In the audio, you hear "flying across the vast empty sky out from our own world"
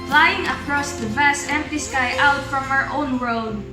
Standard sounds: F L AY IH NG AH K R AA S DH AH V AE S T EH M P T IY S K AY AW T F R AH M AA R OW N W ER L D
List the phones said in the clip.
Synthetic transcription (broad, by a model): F L AY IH NG AH K R AA S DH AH V AE S T EH M P T IY S K AY AW T F R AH M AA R OW N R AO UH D